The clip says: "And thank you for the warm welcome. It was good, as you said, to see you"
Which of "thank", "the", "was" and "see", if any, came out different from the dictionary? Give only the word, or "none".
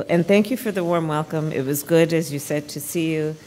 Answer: none